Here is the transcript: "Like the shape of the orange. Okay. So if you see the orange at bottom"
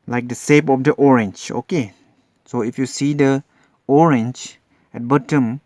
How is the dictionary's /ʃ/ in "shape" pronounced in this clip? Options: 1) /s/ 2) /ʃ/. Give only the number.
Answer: 1